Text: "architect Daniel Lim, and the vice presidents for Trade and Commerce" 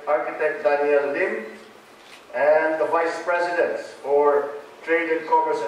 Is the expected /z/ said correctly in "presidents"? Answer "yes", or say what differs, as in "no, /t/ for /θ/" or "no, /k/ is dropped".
no, /s/ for /z/